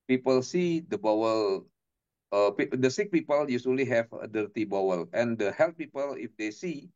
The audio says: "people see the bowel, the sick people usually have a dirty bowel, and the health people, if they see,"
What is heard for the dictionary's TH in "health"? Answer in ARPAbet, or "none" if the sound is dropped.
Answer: T